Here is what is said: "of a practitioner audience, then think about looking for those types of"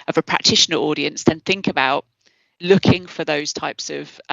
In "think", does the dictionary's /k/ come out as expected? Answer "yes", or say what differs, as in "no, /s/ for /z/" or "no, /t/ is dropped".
yes